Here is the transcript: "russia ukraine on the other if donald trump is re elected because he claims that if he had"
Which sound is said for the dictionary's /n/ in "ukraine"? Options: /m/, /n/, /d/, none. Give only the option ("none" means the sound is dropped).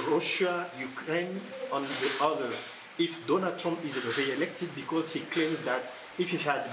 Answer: /n/